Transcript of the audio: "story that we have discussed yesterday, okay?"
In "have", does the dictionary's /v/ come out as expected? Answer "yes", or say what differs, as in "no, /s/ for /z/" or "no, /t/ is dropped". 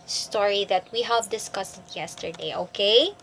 yes